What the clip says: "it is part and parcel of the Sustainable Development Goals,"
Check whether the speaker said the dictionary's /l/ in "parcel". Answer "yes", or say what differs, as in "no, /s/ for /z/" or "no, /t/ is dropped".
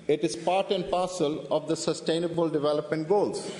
yes